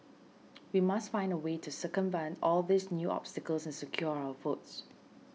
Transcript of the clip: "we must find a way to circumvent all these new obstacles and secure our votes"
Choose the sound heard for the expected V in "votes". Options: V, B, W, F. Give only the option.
F